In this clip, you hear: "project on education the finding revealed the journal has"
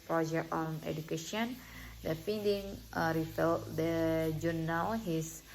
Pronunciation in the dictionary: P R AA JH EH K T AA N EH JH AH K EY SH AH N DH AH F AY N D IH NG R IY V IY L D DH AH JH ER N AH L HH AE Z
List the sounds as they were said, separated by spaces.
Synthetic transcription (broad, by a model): P R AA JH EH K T AA N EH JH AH K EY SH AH N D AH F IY N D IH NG R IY F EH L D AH JH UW N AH W HH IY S